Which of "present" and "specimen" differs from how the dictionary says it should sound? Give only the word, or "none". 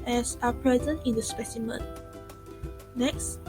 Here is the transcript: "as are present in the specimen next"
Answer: none